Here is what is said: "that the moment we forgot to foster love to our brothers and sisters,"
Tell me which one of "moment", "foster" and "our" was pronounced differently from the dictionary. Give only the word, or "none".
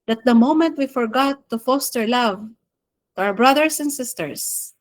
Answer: none